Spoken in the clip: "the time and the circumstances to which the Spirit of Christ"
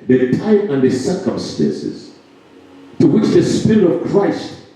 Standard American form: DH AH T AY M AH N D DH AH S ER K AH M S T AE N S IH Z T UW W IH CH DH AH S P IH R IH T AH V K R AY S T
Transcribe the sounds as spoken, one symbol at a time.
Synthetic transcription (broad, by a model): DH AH T AY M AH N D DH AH S ER K AH M S T AE N S IH Z T UW W IH CH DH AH S P IH R IH T AH V K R AY S T